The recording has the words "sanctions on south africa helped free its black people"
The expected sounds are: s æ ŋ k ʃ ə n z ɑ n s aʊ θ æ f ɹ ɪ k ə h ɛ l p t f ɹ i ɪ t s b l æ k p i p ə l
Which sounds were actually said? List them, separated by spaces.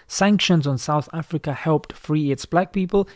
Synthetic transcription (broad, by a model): s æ ŋ k ʃ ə n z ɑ n s aʊ θ æ f ɹ ɪ k ə h ɛ l p t f ɹ i ɪ t s b l æ k p i p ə l